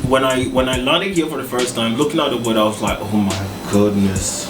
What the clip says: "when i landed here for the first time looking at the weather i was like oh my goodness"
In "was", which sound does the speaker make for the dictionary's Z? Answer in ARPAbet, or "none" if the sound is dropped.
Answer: Z